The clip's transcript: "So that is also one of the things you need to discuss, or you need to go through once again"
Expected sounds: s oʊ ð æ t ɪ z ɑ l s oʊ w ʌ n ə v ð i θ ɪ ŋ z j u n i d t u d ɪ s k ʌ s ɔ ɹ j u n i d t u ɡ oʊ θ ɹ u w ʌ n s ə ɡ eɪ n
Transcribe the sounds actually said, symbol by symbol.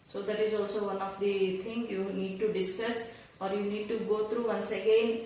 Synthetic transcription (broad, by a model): s oʊ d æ t ɪ z ɑ l s oʊ w ʌ n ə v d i t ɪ ŋ j u n i d t u d ɪ s k ʌ s ɔ ɹ j u n i d t u ɡ oʊ t ɹ u w ʌ n s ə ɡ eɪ n